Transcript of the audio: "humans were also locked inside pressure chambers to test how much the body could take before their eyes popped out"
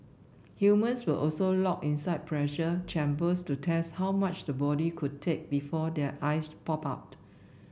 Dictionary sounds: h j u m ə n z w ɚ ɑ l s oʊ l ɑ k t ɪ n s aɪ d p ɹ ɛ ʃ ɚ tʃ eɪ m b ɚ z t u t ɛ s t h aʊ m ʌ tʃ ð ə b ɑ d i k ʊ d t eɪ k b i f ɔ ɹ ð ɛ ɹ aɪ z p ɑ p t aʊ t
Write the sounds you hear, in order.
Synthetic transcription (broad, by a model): h j u m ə n s w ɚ ɑ l s oʊ l ɑ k ɪ n s aɪ d p ɹ ɛ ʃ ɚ tʃ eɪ m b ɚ s t u t ɛ s t h aʊ m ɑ tʃ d ə b ɑ d i k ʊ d t eɪ k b i f ɔ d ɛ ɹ aɪ s p ɑ p aʊ t